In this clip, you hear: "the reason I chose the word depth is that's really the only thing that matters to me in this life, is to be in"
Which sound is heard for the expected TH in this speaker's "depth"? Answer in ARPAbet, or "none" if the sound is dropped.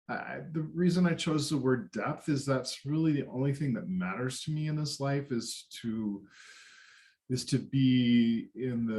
TH